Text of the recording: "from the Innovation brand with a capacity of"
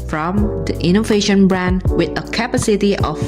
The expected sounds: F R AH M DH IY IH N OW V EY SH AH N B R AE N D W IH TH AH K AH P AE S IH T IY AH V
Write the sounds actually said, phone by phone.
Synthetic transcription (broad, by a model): F R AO M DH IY IH N OW V EY SH AH N B R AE N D W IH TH AH K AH P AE S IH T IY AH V